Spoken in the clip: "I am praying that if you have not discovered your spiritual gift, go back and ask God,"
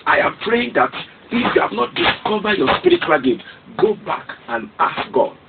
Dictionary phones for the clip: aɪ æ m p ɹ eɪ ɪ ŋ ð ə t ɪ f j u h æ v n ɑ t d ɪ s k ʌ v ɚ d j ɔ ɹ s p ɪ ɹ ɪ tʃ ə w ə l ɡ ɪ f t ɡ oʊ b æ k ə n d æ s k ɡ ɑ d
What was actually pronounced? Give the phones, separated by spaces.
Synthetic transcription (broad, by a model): aɪ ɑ m p ɹ eɪ ɪ ŋ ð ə t ɪ f j u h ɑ v n ɑ t d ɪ s k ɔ v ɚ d j ɔ s p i ɹ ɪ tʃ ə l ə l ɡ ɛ t ɡ oʊ b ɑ k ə n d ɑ s k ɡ ɑ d